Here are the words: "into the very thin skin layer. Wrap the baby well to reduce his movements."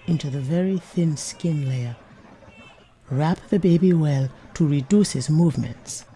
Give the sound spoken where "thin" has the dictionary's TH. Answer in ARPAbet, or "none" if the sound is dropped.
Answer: TH